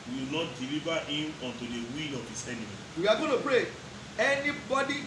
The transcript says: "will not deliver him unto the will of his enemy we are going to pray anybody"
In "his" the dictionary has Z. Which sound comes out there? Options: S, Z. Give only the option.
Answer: S